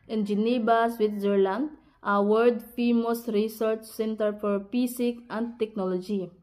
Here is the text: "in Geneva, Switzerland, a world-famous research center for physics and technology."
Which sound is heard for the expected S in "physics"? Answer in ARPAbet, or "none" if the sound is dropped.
none